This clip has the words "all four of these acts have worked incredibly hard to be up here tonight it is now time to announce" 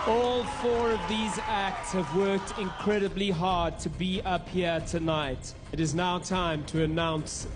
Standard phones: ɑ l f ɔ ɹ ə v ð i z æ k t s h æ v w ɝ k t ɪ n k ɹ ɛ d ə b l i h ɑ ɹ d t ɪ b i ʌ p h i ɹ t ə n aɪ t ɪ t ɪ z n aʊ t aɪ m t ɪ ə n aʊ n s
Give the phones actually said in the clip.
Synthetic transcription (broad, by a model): ɑ l f ɔ ɹ ə v ð i z æ k t s h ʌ v w ɝ k t ɪ n k ɹ ɛ d ə b l i h ɑ ɹ d t ɪ b i ʌ p h i ɹ t ə n aɪ t ɪ t ɪ z n aʊ t aɪ m t ɪ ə n aʊ n s